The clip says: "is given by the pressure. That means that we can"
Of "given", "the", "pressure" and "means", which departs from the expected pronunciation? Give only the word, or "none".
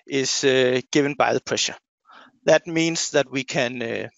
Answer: means